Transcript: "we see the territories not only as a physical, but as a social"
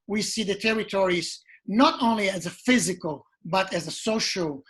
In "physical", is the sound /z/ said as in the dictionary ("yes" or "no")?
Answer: yes